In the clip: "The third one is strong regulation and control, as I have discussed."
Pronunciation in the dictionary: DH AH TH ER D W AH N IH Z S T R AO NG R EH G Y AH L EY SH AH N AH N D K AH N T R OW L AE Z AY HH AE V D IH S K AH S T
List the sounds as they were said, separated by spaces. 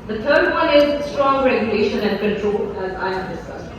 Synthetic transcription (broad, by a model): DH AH T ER D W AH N IH Z S T R AO NG R EH G Y AH L EY SH AH N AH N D K AH N T R OW L AE Z AY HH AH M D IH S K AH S